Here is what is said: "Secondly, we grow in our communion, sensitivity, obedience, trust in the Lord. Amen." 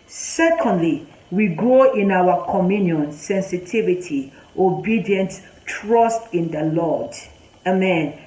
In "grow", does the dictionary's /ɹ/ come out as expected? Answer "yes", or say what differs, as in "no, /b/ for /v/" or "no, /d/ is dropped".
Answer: no, /ɹ/ is dropped